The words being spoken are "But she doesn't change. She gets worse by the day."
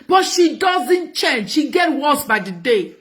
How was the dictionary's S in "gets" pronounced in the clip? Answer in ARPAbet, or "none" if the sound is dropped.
none